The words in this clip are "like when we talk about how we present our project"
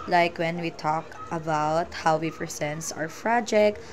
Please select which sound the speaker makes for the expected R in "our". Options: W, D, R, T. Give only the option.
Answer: W